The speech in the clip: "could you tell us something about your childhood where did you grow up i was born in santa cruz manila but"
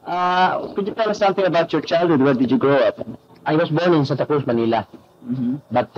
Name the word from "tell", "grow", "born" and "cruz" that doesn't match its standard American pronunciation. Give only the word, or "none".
cruz